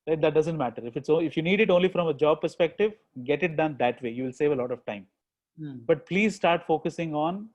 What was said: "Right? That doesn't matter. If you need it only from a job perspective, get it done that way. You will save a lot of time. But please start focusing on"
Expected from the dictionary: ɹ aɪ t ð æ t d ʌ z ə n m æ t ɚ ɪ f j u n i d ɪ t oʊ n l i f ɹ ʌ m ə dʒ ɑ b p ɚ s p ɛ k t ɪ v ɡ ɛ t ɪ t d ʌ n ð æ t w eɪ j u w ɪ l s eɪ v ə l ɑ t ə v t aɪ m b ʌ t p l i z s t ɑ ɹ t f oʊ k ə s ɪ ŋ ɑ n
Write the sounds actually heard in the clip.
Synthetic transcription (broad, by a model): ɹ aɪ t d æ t d ʌ z ə n m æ t ɚ ɪ f j u n i d ɪ t oʊ n l i f ɹ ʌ m ə dʒ ɑ b p ɚ s p ɛ k t ɪ v ɡ ɛ t ɪ t d ʌ n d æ t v eɪ j u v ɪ l s eɪ v ə l ɑ t ə v t aɪ m b ʌ t p l i z s t ɑ ɹ t f oʊ k ə s ɪ ŋ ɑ n